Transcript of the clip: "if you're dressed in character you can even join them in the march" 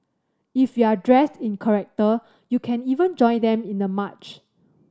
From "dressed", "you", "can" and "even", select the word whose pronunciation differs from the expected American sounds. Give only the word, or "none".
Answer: none